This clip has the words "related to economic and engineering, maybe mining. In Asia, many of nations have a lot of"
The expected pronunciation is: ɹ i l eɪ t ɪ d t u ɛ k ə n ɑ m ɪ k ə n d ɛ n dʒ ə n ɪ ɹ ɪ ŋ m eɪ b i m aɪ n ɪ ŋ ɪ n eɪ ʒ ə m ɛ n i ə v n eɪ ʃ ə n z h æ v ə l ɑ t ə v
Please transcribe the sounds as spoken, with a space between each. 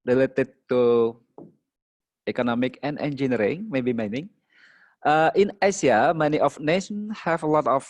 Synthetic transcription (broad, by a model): ɹ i l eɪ t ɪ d t u ɛ k ə n ɑ m ɪ k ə n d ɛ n dʒ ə n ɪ ɹ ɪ ŋ m eɪ b i m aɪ n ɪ ŋ ɪ n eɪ s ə m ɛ n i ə f n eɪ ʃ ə n h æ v ə l ɑ t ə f